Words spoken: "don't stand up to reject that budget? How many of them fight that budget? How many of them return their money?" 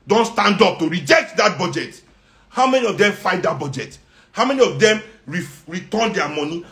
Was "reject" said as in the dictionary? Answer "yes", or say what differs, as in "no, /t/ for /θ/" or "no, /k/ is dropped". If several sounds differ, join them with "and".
yes